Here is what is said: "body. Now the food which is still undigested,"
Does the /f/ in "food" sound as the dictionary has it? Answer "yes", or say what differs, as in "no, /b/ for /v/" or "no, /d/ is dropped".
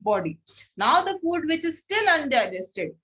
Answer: yes